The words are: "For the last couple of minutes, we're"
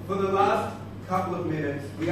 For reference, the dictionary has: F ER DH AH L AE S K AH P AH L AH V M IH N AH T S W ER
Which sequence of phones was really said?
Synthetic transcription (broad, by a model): F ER DH AH L AE S K AH P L AH V M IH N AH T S W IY